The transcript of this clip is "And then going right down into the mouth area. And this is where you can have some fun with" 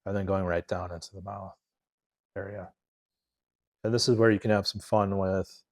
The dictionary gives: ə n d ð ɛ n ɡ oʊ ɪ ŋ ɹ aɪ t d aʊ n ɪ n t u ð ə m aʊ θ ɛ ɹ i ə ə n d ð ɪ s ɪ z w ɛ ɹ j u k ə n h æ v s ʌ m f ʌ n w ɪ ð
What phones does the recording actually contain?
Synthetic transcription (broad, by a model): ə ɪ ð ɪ n ɡ oʊ ɪ ŋ ɹ aɪ t d aʊ n ɪ n t u ð ə m aʊ θ ɛ ɹ i ə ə n ð ɪ s ɪ z w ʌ ɹ j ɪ k ə n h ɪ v s ʌ m f ʌ n w ɪ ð